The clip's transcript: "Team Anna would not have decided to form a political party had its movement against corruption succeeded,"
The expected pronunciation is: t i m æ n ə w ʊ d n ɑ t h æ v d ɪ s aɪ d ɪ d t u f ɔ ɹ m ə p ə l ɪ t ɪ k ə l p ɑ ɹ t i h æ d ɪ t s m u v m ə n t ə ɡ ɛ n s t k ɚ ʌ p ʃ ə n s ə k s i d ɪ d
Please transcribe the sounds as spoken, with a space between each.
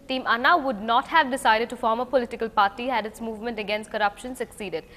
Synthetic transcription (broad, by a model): t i m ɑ n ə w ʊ d n ɑ t h æ v d ɪ s aɪ d ɪ d t u f ɔ ɹ m ə p ə l ɪ t ɪ k ə l p ɑ ɹ t i h æ d ɪ t s m u v m ə n t ə ɡ ɛ n s t k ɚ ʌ p ʃ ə n s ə k s i d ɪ d